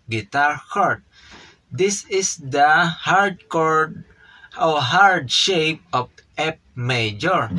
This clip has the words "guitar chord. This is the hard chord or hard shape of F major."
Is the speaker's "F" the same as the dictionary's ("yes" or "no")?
no